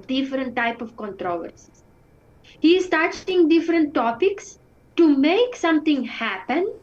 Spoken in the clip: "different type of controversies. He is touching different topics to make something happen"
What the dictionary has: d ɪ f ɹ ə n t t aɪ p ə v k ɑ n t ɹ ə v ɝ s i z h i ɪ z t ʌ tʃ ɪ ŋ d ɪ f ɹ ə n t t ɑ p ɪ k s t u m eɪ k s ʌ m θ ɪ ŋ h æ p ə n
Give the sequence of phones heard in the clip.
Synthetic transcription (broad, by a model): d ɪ f ɹ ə n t t aɪ p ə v k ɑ n t ɹ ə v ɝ s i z h i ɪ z t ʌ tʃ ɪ ŋ d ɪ f ɹ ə n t t ɑ p ɪ k s t u m eɪ k s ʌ m t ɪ ŋ h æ p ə n